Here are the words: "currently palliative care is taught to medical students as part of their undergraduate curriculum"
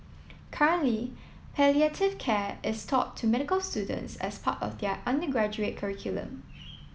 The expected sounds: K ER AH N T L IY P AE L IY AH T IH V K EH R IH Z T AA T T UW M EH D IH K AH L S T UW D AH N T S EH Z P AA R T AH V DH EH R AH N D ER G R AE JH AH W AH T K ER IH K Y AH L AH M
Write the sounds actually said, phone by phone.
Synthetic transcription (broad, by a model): K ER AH N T L IY P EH L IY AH T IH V K EH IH S T AA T T UW M EH D IH K AH L S T UW D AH N T S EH S P AA T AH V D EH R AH N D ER G R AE JH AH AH T K ER IH K Y AH L AH M